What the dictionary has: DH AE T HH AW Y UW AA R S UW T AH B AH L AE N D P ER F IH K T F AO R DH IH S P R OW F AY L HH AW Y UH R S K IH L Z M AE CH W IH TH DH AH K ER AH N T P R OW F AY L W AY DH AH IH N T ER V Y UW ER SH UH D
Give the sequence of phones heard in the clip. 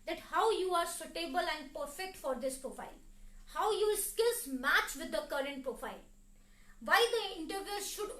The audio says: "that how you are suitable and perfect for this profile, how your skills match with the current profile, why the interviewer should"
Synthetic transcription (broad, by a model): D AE T HH AW Y UW AA R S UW T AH B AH L AE N D P ER F IH K T F AO R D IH S P R OW F AY L HH AW Y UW L S K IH L S M AE CH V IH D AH K ER AH N T P R OW F AY L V AY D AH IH N T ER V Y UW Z SH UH D